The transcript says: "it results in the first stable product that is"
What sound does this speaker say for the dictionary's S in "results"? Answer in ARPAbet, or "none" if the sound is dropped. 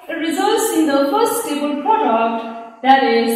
S